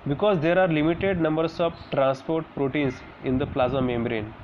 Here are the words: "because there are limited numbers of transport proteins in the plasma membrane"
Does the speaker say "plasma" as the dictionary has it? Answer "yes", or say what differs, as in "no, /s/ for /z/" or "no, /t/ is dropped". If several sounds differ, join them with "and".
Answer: no, /m/ is dropped